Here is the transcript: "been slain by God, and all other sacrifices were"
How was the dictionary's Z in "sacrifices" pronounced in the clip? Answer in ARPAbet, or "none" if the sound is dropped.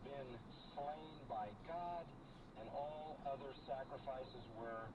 Z